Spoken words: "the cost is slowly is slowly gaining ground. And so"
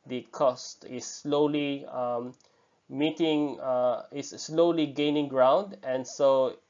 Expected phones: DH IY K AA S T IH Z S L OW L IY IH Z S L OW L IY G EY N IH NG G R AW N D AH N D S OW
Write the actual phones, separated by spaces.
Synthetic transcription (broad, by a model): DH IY K AA S T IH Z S L OW L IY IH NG S L OW L IY G EY N IH NG G R AW N D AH N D S OW